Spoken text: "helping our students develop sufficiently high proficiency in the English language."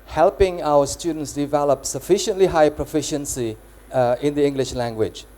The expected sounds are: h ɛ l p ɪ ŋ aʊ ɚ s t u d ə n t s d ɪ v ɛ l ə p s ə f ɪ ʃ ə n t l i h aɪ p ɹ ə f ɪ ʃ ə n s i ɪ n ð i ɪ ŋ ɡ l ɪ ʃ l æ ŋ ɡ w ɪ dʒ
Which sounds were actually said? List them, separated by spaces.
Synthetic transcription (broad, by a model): h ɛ l p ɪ ŋ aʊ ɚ s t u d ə n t s d ɪ v ɛ l ə p s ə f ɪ ʃ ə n t l i h aɪ p ɹ ə f ɪ ʃ ə n s i ɪ n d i ɪ ŋ ɡ l ɪ ʃ l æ ŋ ɡ w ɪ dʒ